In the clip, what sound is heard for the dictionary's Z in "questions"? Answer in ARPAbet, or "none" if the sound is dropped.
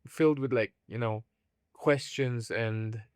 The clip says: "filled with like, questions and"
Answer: Z